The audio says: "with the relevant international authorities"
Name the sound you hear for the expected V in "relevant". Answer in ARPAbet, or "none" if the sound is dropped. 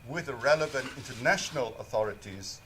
V